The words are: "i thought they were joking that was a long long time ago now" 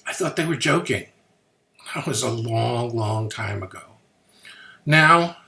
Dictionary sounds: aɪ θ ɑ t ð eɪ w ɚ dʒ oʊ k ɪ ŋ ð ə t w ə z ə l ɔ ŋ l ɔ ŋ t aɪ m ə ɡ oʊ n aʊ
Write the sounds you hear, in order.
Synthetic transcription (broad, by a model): aɪ θ ɑ t ð eɪ w ɚ dʒ oʊ k ɪ ŋ ð ə t w ə z ə l ɔ ŋ l ɔ ŋ t aɪ m ə ɡ oʊ n aʊ